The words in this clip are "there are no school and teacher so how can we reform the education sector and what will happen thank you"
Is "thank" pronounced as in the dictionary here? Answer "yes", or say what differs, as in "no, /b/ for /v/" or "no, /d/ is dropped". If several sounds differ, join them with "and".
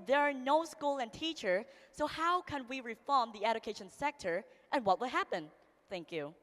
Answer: yes